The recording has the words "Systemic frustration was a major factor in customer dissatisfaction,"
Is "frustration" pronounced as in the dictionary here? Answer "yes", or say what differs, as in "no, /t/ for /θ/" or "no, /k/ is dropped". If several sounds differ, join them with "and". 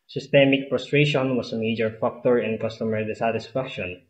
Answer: no, /p/ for /f/